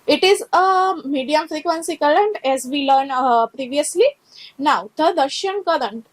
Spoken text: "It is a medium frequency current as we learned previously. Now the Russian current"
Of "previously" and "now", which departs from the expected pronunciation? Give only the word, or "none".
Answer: none